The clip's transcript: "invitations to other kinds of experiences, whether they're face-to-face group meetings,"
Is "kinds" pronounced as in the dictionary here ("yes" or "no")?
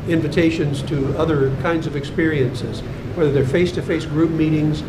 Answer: yes